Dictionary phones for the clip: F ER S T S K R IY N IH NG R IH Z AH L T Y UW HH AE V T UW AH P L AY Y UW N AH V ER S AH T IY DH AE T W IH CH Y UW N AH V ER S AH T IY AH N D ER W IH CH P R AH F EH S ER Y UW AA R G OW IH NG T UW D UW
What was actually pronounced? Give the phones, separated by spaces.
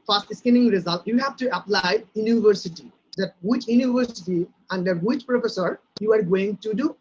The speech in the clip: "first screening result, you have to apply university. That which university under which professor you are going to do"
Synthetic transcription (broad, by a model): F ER S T S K IY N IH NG R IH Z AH L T Y UW HH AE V T UW AH P L AY Y UW N AH V ER S AH T IY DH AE T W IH CH Y UW N AH V ER S AH T IY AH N D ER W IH CH P R AH F EH S ER Y UW AA R G OW IH NG T UW D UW